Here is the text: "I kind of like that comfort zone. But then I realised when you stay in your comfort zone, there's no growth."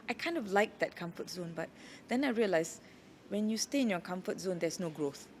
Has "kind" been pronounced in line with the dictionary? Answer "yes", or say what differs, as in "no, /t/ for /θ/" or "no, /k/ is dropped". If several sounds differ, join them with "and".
yes